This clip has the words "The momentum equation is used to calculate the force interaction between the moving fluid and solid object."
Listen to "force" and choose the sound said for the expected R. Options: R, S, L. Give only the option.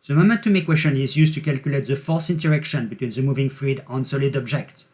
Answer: L